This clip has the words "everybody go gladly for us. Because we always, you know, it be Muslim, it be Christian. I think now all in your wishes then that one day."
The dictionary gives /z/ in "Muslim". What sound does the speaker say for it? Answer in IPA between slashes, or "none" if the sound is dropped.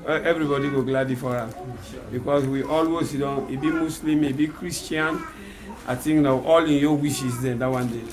/s/